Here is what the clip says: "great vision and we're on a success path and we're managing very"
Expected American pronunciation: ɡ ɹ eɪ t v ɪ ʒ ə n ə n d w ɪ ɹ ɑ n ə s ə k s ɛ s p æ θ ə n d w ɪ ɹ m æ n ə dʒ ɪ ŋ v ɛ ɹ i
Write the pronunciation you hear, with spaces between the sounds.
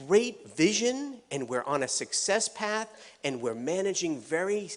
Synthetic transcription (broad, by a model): ɹ eɪ t v ɪ ʒ ə n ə n w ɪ ɹ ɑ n ə s ə k s ɛ s p æ θ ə n w ɪ ɹ m æ n ə dʒ ɪ ŋ v ɛ ɹ i